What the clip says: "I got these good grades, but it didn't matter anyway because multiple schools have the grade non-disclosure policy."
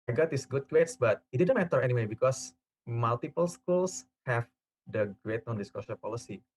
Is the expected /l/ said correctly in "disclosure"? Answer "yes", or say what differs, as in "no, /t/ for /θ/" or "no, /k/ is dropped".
no, /l/ is dropped